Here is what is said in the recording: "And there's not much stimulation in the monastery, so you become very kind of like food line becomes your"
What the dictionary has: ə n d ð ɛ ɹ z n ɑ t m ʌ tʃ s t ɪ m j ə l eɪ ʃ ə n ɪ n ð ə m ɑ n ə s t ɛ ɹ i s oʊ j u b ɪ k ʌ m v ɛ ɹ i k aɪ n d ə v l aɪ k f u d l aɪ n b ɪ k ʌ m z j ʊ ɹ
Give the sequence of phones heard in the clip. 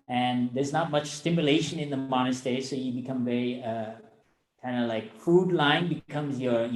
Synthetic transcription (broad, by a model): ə n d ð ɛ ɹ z n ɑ t m ʌ tʃ s t ɪ m j ə l eɪ ʃ ə n ɪ n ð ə m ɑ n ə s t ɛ i s oʊ j u b ɪ k ʌ m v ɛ ɹ i k aɪ n d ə l aɪ k f u d l aɪ n b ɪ k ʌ m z j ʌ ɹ